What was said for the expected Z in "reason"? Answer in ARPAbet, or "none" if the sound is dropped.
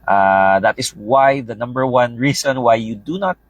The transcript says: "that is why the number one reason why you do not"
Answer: S